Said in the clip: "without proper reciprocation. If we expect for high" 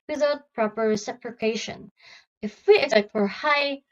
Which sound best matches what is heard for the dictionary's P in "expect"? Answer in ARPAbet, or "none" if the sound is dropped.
none